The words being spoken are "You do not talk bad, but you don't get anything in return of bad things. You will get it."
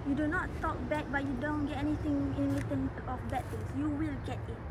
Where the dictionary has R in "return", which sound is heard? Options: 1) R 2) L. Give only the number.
2